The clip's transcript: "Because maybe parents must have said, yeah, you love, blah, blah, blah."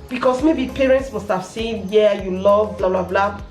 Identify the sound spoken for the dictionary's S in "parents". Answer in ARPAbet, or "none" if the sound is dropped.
S